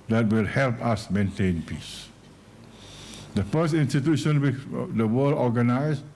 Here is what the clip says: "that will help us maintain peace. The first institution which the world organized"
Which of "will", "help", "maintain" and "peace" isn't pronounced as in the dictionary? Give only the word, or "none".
none